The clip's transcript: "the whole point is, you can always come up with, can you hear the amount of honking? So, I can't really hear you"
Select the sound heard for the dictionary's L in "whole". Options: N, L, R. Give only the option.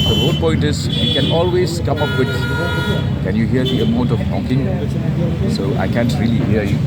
N